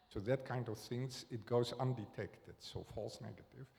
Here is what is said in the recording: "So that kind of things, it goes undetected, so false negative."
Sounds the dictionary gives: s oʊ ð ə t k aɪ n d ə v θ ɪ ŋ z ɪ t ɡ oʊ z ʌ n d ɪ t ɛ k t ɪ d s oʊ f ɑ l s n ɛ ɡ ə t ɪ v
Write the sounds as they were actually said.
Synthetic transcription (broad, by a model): s oʊ ð ə t k aɪ n d ə v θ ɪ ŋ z ɪ t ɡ oʊ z ʌ n d ɪ t ɛ k t ɪ d s oʊ f ɑ l s n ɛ ɡ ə t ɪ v